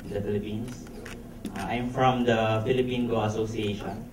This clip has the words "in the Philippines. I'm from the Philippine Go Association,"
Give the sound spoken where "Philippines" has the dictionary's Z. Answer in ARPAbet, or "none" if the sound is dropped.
S